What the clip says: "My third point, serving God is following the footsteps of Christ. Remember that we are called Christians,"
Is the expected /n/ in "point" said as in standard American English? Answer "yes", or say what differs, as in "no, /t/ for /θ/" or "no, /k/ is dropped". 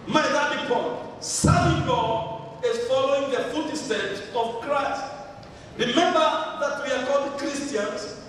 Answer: no, /n/ is dropped